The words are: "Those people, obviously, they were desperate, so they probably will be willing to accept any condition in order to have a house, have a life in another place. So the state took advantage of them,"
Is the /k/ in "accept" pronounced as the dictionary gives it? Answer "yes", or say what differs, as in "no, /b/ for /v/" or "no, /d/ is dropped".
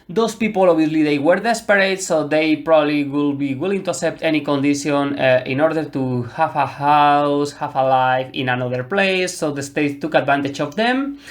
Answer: no, /k/ is dropped